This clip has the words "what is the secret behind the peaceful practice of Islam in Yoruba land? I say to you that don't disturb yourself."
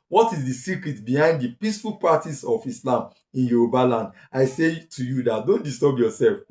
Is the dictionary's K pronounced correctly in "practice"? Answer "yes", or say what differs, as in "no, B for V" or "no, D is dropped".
no, K is dropped